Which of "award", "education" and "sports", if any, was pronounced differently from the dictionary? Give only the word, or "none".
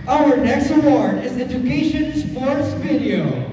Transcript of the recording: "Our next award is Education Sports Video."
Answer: none